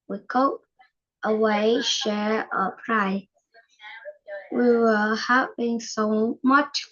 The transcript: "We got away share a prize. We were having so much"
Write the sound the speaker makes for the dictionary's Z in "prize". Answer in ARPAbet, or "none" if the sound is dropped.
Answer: none